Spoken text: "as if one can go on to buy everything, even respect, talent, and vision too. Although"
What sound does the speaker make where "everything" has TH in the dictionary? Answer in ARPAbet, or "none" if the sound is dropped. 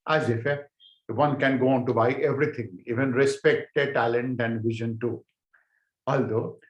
T